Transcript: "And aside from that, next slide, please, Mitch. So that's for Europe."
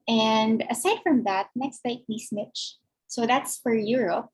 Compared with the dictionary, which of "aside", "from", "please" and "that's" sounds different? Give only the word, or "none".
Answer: please